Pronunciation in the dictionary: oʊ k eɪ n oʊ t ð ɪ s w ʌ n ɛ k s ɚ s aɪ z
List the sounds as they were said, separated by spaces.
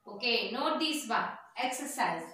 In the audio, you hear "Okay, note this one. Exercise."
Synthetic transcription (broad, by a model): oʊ k eɪ n oʊ t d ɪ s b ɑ ɛ k s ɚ s aɪ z